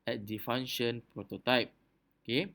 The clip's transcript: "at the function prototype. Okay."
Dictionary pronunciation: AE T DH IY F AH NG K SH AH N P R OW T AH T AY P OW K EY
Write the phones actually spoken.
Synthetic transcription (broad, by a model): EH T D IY F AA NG SH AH N P R OW T AH T AY P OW K EY